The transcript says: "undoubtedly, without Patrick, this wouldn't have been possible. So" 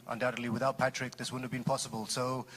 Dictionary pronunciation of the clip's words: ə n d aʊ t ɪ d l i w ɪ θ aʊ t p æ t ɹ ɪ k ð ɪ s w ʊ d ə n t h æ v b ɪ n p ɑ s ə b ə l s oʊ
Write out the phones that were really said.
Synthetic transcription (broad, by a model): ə n d aʊ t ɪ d l i w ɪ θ aʊ t p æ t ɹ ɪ k ð ɪ s w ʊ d n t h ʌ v b ɪ n p ɑ s ə b ə l s oʊ